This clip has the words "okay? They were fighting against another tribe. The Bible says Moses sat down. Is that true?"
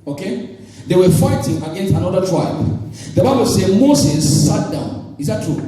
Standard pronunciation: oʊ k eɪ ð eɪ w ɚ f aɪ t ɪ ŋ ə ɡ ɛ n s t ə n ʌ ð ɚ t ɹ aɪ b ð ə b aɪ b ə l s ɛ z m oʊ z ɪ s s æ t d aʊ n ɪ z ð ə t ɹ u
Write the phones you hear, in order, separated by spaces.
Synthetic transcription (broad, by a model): oʊ k eɪ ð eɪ w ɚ f aɪ t ɪ ŋ ə ɡ ɛ n s t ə n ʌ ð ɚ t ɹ aɪ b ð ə b aɪ b ə l s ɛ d m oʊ s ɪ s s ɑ t d aʊ n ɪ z ð ə t ɹ u